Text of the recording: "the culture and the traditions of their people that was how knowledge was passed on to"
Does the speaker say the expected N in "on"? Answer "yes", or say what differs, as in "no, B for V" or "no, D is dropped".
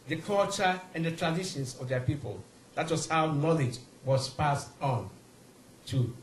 yes